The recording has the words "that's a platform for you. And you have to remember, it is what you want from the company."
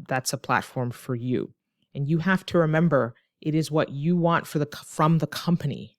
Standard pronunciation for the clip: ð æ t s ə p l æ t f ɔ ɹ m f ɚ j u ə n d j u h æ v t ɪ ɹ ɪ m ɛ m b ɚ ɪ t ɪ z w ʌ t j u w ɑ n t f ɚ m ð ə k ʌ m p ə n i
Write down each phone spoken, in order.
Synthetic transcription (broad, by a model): ð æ t s ə p l æ t f ɔ ɹ m f ɚ j u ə n j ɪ h æ f t ɪ ɹ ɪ m ɛ m b ɚ ɪ t ɪ z w ʌ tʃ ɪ w ɑ n t f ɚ m ð ə k ʌ m p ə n i